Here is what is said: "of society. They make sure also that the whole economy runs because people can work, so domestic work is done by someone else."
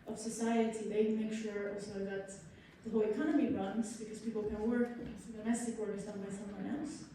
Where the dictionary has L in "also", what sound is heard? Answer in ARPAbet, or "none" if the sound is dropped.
L